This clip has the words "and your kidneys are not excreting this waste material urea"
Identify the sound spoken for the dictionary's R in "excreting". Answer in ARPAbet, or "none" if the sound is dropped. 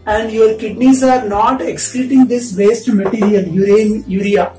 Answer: none